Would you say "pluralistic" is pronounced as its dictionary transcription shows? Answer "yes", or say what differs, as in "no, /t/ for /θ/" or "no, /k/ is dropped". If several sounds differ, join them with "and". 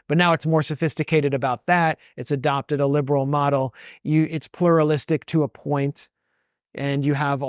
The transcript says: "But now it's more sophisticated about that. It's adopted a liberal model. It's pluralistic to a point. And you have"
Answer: yes